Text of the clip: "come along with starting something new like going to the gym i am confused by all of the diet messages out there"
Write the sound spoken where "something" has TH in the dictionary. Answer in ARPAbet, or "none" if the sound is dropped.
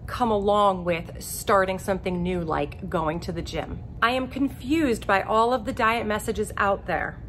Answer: TH